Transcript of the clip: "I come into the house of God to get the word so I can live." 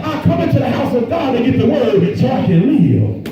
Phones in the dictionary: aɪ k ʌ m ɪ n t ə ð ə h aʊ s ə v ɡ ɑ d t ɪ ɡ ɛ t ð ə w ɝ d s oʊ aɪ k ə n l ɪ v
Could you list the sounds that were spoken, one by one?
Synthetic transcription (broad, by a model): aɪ k ʌ m ɪ n t ə ð ə h aʊ s ə v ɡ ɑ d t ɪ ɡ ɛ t ð ə w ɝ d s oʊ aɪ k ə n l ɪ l